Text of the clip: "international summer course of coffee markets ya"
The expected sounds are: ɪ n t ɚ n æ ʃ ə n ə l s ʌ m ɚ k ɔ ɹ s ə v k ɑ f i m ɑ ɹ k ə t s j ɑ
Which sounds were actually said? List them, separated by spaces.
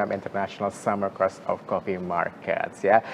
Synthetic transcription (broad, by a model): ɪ n t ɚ n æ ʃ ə n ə l s ʌ m ɚ k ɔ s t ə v k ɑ p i m ɑ ɹ k ə t s j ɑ